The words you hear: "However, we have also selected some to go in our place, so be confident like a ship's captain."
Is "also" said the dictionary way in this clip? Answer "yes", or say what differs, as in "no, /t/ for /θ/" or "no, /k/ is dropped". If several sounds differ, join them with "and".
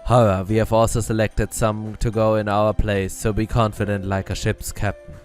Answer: yes